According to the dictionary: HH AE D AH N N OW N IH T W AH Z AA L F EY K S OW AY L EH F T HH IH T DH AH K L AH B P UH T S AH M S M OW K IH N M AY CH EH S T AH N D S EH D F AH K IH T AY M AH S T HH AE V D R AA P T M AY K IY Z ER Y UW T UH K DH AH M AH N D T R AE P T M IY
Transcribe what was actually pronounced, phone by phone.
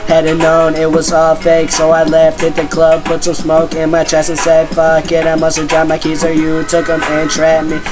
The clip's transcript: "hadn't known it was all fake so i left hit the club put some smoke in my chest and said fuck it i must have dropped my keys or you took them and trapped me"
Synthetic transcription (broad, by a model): HH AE D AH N N OW N IH T W AH Z AA L F EY K S OW AY L EH F T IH T DH AH K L AH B P UH T S AH M S M OW K IH N M AY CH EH S AH N S EH D F AH K IH T AY M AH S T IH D R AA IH M AY K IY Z ER Y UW T UH K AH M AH N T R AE T M IY